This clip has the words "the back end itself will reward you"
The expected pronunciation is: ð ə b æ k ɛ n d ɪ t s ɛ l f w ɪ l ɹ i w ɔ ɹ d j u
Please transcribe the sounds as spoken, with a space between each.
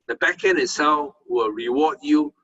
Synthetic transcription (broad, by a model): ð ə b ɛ k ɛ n ɪ t s ɛ l f w ɪ l ɹ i w ɔ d j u